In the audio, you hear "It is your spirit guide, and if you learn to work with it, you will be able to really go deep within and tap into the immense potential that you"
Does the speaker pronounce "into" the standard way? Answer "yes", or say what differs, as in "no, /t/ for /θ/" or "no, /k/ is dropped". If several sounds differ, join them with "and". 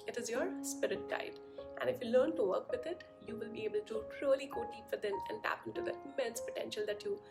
no, /n/ is dropped